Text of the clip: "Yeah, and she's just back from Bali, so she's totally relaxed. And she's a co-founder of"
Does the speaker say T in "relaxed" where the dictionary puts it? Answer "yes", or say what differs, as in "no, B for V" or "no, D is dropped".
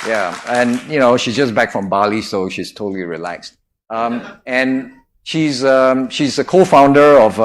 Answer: yes